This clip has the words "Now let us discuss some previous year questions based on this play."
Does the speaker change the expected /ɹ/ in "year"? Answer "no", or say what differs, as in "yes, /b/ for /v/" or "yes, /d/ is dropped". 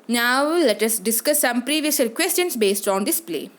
yes, /l/ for /ɹ/